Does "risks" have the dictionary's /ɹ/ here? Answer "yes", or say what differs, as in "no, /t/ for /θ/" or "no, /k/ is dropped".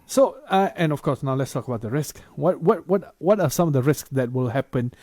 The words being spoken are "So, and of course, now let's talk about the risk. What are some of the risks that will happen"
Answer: yes